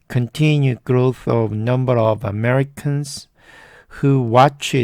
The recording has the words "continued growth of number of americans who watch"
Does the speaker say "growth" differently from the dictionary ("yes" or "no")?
no